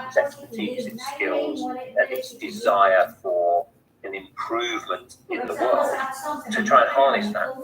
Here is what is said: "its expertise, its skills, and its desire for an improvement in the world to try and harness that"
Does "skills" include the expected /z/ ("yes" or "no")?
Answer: yes